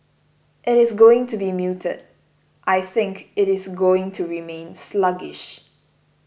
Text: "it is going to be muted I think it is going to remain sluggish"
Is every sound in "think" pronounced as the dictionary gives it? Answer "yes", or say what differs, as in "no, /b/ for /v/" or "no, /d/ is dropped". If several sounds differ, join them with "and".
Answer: yes